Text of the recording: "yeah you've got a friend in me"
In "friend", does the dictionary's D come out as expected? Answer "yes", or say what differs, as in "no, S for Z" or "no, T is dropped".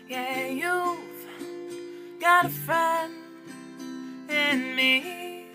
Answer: no, D is dropped